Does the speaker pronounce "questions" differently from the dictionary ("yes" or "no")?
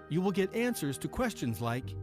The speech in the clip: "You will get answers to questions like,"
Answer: no